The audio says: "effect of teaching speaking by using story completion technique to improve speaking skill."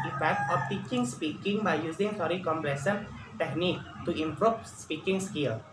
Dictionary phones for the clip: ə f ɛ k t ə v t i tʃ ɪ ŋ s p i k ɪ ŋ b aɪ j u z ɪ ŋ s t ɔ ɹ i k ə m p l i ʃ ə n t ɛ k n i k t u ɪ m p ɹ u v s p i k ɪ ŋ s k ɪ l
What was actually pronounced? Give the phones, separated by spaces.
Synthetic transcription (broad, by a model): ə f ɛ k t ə f t i tʃ ɪ ŋ s p i k ɪ ŋ b aɪ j u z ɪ ŋ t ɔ ɹ i k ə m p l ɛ s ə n t ɛ k n i k t u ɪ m p ɹ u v s p i k ɪ ŋ s k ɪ l